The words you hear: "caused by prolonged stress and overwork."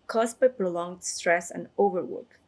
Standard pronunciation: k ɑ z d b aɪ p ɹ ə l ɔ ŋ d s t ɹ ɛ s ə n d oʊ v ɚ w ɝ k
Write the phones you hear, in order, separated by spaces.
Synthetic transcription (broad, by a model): k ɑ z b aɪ p ɹ ə l ɔ ŋ d s t ɹ ɛ s ə n d oʊ v ɚ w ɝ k